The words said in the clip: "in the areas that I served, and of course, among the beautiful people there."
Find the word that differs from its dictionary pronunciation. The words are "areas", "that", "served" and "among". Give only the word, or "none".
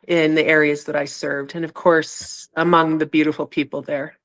none